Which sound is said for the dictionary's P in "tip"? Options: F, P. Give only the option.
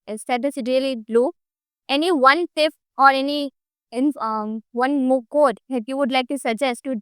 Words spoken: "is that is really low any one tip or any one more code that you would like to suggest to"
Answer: F